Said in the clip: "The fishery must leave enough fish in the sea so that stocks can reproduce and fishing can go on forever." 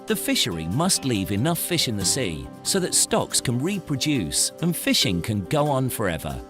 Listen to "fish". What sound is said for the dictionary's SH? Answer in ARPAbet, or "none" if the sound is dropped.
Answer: SH